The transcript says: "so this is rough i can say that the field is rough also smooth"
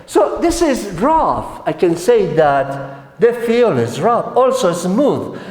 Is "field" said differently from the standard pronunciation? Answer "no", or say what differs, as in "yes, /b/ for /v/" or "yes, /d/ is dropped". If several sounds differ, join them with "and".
yes, /d/ is dropped